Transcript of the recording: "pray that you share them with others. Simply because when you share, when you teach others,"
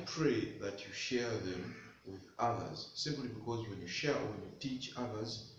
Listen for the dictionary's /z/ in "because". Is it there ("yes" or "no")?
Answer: yes